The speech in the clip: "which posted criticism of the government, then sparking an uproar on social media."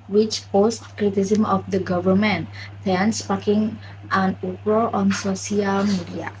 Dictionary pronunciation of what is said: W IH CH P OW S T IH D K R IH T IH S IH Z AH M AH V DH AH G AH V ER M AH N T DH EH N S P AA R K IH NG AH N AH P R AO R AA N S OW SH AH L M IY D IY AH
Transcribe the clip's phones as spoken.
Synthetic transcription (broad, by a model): W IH CH P OW S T K R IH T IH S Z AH M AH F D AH G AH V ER M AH N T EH N S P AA K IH NG AH N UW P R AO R AA N S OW S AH L M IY D IY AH